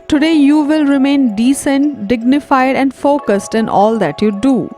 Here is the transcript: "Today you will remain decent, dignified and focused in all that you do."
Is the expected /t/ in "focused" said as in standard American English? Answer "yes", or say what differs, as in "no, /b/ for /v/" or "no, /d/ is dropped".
yes